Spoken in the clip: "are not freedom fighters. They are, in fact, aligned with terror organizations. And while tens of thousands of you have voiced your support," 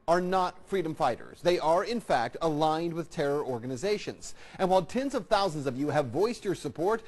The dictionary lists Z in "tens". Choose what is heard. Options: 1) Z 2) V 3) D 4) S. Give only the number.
1